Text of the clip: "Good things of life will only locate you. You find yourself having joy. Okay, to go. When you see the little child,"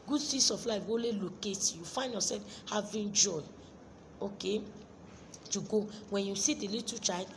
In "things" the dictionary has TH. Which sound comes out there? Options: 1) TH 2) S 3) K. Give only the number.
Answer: 2